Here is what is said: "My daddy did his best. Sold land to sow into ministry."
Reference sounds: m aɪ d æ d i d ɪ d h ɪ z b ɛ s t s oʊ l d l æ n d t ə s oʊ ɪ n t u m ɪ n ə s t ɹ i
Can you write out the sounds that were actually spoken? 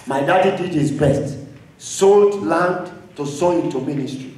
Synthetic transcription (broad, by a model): m aɪ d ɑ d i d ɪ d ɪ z b ɛ s t s oʊ l d l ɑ n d t ə s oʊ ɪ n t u m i n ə s t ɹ i